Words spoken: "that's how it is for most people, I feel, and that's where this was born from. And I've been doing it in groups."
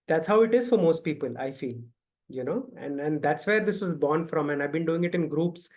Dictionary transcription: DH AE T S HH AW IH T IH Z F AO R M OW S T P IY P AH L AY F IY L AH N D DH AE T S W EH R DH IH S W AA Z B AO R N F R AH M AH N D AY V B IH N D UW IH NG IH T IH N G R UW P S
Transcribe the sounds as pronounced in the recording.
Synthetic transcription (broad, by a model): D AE T S HH AW IH T IH Z F AO R M OW S T P IY P AH L AY F IY L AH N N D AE T S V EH R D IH S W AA Z B AO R N F R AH M AH N D AY V B IH N D UW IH NG IH T IH N G R UW P S